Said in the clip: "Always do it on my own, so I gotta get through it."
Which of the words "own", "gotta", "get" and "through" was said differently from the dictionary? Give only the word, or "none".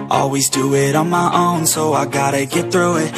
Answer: none